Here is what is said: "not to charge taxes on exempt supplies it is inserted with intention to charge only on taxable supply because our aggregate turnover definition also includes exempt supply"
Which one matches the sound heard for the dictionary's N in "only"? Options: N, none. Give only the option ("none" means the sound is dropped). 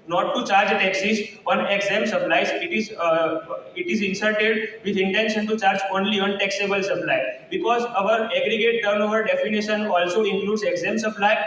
N